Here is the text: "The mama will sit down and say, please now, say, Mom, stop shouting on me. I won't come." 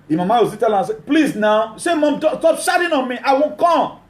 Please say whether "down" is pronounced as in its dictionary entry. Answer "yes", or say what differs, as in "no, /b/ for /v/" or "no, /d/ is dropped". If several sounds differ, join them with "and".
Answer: no, /l/ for /n/